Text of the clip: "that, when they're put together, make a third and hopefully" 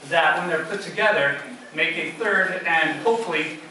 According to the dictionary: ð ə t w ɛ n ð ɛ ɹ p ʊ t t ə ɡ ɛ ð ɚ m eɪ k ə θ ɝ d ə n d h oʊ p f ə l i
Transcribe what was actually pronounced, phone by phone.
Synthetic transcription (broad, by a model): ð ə t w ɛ n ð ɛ ɹ p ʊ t t ə ɡ ɛ ð ɚ m eɪ k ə θ ɝ d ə n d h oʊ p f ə l i